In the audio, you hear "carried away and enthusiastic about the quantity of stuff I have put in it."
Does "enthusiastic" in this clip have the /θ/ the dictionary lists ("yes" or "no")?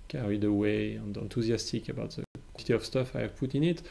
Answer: no